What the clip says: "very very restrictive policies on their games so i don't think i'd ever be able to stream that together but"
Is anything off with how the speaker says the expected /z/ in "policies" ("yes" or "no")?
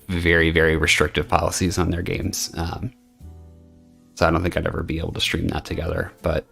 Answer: no